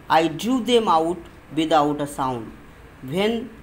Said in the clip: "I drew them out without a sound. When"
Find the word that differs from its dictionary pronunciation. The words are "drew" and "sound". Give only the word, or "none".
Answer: drew